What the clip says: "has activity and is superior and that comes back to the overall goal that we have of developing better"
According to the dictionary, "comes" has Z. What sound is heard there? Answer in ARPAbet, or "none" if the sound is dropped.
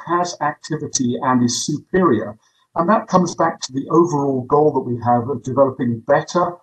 Z